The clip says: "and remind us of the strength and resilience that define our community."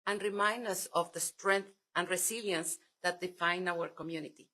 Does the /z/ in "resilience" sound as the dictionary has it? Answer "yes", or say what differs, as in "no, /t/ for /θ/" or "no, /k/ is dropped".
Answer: no, /s/ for /z/